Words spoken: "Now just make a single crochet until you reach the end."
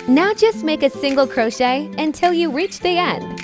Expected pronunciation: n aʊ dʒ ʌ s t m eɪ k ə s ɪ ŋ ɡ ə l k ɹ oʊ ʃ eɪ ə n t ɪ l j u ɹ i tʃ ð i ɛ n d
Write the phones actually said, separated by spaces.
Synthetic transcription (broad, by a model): n aʊ dʒ ʌ s t m eɪ k ə s ɪ ŋ ɡ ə l k ɹ oʊ ʃ eɪ ə n t ɪ l j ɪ ɹ i tʃ ð i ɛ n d